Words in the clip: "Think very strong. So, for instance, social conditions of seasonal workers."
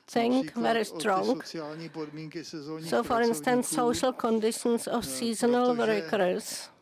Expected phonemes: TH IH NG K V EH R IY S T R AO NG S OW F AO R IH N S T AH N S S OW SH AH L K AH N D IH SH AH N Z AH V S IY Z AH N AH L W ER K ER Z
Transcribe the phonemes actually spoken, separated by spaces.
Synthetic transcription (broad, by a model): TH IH NG K V EH R IY S T R AO NG S OW F AO R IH N S T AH N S S OW SH AH L K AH N D IH SH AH N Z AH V S IY Z AH N AH L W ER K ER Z